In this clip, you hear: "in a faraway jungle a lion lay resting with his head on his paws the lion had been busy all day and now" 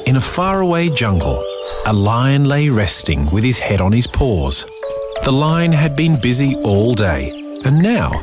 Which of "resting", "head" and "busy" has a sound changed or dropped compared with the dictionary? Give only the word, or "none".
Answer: none